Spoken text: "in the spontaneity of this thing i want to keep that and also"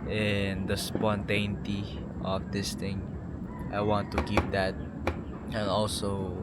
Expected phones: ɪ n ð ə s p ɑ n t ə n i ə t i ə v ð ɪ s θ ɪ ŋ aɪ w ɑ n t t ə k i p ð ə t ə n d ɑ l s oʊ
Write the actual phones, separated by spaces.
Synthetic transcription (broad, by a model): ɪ n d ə s p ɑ n t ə n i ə t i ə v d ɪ s t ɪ ŋ aɪ w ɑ n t t ə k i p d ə t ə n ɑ l s oʊ